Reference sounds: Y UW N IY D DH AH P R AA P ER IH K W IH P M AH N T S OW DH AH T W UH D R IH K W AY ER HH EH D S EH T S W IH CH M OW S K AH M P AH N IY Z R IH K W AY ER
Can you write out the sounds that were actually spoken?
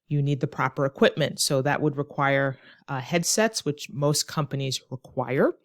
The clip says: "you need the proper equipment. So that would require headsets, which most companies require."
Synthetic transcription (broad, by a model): Y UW N IY D DH AH P R AA P ER IH K W IH P M AH N T S OW DH AH T W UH D R IH K W AY ER HH EH D S EH T S W IH CH M OW S K AH M P AH N IY Z R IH K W AY ER